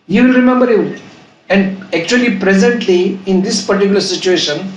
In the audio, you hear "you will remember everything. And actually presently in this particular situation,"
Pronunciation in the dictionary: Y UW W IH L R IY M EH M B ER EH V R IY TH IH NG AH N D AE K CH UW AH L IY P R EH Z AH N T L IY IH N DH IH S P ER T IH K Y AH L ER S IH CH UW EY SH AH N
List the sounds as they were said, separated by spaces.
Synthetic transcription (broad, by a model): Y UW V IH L R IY M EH M B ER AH R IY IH AH N D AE K CH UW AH L IY P R EH Z AH N T L IY IH N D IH S P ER T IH K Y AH L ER S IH CH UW EY SH AH N